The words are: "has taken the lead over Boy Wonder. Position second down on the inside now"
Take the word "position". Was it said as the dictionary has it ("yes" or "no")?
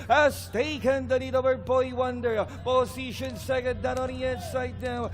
no